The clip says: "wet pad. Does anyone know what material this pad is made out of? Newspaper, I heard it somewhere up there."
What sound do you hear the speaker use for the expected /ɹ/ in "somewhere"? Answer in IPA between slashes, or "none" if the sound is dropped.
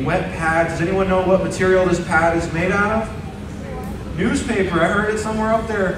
/ɹ/